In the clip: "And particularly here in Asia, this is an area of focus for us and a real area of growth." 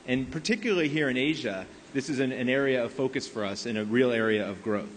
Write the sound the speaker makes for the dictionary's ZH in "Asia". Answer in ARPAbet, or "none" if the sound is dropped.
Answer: ZH